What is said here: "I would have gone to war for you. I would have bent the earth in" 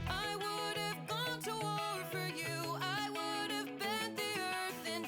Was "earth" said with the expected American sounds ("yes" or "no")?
yes